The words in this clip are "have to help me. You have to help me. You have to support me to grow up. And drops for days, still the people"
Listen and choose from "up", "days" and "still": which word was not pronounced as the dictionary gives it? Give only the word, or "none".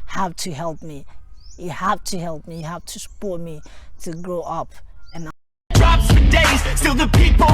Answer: none